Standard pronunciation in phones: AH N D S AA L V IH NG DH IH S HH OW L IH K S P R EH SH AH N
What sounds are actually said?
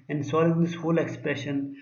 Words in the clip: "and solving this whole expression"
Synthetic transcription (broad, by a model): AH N D S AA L IH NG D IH S HH OW L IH K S P R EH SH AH N